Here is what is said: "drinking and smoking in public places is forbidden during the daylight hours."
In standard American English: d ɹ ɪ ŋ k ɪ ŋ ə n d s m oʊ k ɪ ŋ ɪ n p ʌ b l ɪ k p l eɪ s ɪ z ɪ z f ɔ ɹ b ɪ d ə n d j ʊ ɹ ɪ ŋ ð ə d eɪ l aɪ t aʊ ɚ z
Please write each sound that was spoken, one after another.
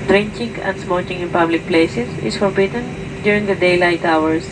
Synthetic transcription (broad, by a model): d ɹ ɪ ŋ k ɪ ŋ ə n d s m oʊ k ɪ ŋ ɪ n p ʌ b l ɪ k p l eɪ s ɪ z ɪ s f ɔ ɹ b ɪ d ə n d j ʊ ɹ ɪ ŋ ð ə d eɪ l aɪ t aʊ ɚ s